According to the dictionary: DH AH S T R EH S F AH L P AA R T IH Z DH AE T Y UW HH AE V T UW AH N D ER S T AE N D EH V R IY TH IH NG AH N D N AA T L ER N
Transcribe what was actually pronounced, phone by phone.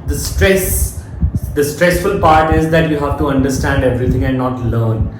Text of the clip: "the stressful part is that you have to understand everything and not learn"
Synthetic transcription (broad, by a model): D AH S T R EH S F AH L P AA R T IH Z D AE T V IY HH AE V T UW AH N D ER S T AE N D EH V R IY T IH NG AH N D N AA T L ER N